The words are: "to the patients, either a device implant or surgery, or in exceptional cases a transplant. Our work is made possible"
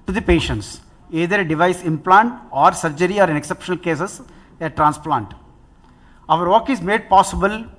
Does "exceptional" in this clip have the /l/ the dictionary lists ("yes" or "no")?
yes